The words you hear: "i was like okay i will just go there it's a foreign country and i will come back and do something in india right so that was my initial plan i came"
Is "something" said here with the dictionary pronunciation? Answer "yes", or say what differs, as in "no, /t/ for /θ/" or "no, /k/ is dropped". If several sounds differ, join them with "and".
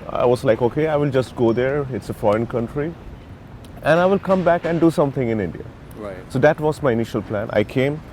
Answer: no, /t/ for /θ/